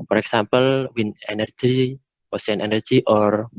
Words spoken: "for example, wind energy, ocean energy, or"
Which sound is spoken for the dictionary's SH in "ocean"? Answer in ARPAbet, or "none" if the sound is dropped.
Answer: S